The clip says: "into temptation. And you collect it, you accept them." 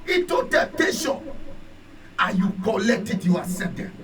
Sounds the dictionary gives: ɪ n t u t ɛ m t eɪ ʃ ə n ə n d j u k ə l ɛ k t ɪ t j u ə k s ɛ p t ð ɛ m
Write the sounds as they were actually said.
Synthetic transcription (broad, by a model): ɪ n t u t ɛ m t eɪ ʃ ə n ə j u k ə l ɛ k t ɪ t j u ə s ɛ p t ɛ